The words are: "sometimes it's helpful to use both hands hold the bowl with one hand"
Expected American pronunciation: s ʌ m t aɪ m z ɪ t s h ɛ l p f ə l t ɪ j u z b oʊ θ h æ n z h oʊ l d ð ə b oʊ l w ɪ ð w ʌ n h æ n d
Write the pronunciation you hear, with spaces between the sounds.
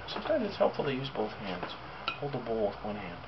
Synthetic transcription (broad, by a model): s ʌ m t aɪ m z ɪ t s h ɛ l p f l t ɪ j u z b oʊ θ h æ n z h oʊ l d ð ə b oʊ l w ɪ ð w ʌ n h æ n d